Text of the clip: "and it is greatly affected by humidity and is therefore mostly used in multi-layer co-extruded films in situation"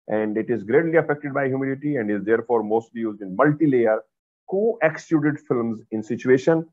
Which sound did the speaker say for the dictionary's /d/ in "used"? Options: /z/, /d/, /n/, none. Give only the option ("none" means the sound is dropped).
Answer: /d/